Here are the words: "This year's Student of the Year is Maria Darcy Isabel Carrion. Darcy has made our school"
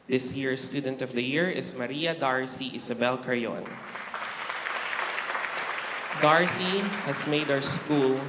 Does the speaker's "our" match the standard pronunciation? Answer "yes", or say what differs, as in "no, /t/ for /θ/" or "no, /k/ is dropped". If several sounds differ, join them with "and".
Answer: no, /w/ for /ɹ/